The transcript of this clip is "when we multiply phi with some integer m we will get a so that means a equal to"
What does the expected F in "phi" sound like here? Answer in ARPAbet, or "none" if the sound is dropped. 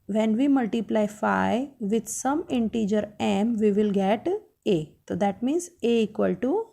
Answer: F